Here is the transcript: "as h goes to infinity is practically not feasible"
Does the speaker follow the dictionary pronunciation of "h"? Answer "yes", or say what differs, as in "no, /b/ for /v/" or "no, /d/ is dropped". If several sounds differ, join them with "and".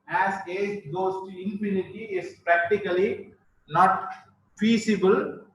no, /s/ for /tʃ/